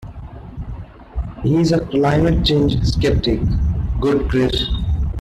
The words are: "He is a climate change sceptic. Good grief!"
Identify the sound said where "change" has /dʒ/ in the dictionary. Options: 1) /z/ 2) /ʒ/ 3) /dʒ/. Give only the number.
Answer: 3